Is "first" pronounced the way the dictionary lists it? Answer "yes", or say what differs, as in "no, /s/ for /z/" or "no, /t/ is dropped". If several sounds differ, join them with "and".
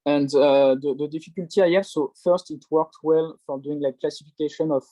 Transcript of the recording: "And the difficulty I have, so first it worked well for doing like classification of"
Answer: yes